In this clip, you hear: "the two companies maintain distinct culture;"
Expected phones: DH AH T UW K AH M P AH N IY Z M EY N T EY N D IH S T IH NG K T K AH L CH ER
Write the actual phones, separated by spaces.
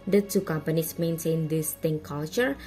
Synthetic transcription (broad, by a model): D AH T UW K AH M P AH N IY S M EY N S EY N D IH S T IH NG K K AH L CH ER